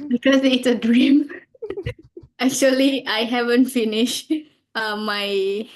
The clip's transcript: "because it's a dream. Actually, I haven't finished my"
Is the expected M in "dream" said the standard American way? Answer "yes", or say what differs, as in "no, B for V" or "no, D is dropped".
yes